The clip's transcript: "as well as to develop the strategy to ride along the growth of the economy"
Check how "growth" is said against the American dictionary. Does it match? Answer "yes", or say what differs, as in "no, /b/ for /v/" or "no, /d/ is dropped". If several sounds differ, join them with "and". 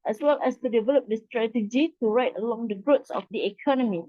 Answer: no, /s/ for /θ/